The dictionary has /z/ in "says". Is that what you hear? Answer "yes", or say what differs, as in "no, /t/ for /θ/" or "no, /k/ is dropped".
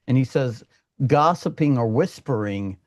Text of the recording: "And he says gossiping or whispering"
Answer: yes